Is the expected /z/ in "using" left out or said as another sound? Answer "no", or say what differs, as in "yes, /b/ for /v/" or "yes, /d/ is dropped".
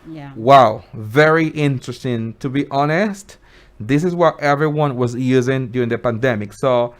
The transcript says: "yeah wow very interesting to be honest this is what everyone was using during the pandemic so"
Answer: no